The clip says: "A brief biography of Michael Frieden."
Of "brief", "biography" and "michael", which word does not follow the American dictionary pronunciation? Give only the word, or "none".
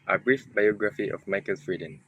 none